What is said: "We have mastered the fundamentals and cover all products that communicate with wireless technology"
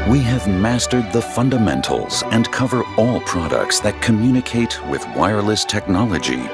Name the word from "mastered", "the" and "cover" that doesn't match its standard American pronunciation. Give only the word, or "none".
none